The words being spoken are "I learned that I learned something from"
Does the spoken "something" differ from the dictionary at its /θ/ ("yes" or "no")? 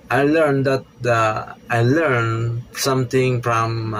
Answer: yes